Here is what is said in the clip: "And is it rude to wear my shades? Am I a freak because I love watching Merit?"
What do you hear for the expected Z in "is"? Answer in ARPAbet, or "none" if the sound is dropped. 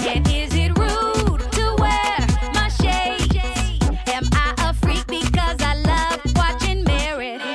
Z